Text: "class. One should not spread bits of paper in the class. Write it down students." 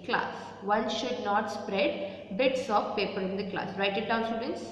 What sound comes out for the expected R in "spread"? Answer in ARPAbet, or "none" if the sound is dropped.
R